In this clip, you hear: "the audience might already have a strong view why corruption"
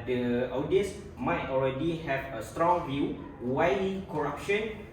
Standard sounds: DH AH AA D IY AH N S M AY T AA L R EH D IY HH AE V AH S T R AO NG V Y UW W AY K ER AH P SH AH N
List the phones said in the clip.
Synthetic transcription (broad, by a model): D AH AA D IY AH S M AY T AA L R EH D IY HH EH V AH S T R AO NG V Y UW W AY K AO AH P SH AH N